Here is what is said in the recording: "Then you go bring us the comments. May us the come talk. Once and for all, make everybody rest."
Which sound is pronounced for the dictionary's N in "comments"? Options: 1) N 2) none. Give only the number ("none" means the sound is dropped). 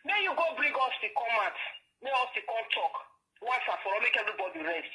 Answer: 2